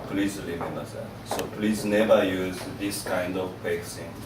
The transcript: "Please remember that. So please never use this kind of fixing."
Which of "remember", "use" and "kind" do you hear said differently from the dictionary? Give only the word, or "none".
remember